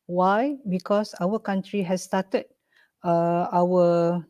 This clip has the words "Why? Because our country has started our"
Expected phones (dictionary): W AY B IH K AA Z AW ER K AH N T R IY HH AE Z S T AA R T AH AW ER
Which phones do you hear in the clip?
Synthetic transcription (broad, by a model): W AY B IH K AA S AW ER K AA N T R IY HH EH S T AA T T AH AW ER